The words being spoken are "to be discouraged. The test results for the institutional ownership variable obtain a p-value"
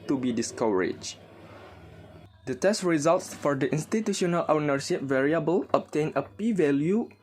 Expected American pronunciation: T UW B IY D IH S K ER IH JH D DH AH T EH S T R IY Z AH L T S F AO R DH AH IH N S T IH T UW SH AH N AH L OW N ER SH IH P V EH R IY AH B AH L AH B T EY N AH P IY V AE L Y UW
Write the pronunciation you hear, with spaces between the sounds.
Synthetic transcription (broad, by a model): T UW B IY D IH S K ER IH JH D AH T EH S T R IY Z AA L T S F AO R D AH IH N S T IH T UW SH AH N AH L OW N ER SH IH P V EH R IY AH B AH L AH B T EY N AH P IY V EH L Y UW